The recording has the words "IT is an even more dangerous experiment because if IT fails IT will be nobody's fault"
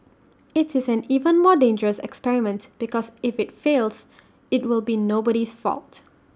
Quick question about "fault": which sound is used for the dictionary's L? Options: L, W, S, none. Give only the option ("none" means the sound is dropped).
L